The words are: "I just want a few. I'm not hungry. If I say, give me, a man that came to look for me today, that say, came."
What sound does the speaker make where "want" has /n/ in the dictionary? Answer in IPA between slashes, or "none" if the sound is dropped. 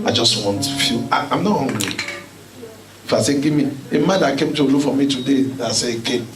/n/